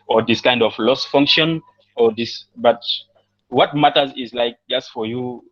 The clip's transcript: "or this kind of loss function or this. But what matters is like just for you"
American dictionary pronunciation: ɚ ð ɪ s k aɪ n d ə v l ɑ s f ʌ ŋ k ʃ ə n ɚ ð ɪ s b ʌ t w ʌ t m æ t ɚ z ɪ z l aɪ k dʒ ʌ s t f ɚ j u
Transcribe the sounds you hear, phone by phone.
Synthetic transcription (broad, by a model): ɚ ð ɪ s k aɪ n d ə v l ɑ s f ʌ ŋ k ʃ ə n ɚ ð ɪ s b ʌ t w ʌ t m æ t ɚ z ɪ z l aɪ k dʒ ʌ s t f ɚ j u